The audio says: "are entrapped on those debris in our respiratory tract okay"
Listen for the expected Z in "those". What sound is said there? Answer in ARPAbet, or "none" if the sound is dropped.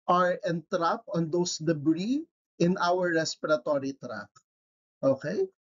S